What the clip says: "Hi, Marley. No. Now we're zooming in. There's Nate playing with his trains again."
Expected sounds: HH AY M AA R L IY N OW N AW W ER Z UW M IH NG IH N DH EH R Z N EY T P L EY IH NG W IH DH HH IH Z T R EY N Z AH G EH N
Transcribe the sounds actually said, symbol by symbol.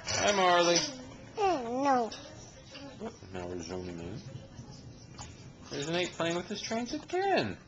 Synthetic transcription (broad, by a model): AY M AA R L IY N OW N AW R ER Z UW M IH NG IH N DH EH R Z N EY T P L EY IH NG W IH DH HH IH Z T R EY N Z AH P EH N